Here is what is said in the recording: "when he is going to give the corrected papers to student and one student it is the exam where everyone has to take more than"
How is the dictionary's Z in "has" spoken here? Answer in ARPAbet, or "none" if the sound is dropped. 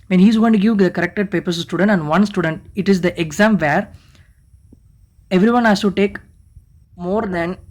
S